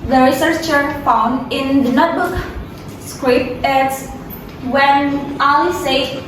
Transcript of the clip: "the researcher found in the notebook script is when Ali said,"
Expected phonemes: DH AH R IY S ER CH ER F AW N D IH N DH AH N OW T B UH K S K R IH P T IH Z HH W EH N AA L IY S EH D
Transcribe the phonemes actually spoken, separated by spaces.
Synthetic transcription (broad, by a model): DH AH R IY S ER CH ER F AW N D IH N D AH N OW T B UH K S K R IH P IH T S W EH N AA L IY S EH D